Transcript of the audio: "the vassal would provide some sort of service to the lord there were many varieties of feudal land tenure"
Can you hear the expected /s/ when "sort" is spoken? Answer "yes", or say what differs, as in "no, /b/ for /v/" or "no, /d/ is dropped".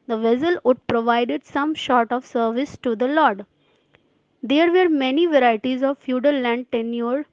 no, /ʃ/ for /s/